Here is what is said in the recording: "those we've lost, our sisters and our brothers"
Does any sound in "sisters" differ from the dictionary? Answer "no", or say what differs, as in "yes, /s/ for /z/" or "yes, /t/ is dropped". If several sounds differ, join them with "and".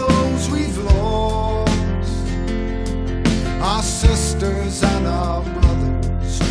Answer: no